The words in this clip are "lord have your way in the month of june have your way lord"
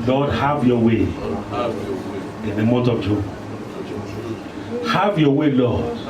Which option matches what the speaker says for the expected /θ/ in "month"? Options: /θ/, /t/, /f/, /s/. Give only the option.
/t/